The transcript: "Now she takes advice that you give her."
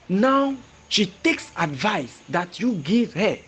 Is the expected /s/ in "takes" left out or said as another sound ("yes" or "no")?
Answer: no